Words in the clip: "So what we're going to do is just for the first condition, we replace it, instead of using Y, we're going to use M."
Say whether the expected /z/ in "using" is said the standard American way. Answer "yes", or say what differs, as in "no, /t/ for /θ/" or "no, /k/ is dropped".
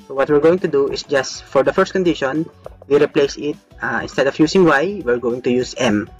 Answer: no, /s/ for /z/